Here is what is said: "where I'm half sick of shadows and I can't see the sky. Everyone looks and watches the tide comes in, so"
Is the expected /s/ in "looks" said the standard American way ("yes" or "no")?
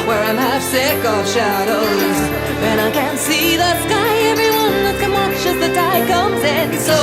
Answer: no